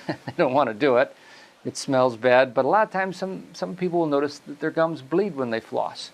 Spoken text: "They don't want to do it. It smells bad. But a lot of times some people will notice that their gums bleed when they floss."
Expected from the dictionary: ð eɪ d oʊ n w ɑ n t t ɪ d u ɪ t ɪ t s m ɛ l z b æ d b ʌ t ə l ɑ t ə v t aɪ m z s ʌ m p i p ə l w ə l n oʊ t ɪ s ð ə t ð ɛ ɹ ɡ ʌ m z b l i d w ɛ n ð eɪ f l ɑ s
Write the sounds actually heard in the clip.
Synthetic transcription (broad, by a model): ð eɪ d oʊ n w ɑ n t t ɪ d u ɪ t ɪ t s m ɛ l z b æ d b ʌ t ə l ɑ t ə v t aɪ m z s ʌ m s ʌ p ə l w ə l n oʊ t ɪ s ð ə t ð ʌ ɹ ɡ ʌ m z b l i d w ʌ n ð eɪ f l ɑ s